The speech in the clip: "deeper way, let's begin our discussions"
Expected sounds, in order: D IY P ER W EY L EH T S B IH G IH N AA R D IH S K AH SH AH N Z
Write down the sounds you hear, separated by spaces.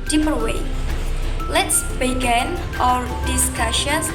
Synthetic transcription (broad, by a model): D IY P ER W EY L EH T S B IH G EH N AA R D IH S K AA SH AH N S